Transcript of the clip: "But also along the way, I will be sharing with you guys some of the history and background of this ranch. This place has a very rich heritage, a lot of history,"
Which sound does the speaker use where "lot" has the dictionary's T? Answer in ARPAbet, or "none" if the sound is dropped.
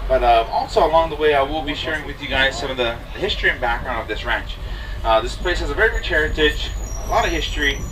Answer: T